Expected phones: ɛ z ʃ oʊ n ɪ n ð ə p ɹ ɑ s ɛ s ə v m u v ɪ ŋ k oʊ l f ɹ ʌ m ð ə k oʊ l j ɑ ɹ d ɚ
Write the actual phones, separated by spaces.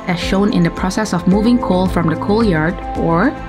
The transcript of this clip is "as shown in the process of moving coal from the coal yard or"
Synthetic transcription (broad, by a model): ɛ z ʃ oʊ n ɪ n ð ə p ɹ ɑ s ɛ s ə v m u v ɪ ŋ k oʊ l f ɹ ʌ m ð ə k oʊ l j ɑ ɹ d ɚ